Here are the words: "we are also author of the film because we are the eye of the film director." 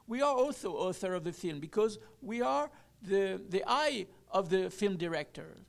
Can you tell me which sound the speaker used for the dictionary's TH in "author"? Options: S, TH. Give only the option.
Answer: TH